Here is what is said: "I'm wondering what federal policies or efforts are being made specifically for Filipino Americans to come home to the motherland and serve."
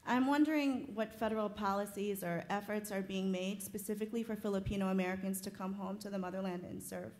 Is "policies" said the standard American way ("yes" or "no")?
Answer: yes